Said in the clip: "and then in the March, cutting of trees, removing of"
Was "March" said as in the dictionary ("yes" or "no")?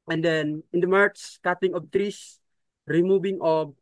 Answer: no